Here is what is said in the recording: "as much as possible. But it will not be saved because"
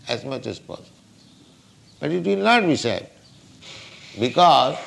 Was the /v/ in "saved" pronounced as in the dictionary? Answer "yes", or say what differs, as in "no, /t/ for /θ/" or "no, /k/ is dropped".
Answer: no, /v/ is dropped